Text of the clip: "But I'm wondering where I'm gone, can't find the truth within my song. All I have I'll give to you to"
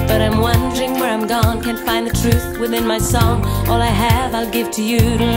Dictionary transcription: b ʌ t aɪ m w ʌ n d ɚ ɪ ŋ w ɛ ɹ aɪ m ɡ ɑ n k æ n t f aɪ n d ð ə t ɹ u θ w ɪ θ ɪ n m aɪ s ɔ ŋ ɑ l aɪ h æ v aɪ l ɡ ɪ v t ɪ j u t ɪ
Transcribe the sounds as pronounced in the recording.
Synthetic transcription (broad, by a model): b ʌ t aɪ m w ʌ n d ɚ ɪ ŋ w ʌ ɹ aɪ m ɡ ɑ n k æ n f aɪ n ð ə t ɹ u θ w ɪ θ ɪ n m aɪ s ɔ ŋ ɑ l aɪ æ v aɪ l ɡ ɪ v t ɪ j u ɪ